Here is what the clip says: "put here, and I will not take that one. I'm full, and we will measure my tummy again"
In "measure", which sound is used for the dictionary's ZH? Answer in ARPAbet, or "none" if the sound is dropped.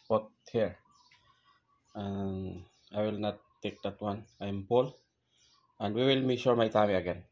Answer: SH